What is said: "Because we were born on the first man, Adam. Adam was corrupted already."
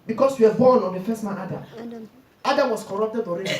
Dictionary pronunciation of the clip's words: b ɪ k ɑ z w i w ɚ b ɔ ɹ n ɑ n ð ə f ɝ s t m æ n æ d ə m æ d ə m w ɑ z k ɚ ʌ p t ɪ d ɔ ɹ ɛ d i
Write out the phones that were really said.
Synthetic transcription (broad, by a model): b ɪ k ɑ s w i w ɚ b ɔ n ɑ n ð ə f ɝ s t m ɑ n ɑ d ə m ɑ d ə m w ɑ s k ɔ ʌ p t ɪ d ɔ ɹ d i